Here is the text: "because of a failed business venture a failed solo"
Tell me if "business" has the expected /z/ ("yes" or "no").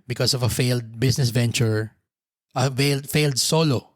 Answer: no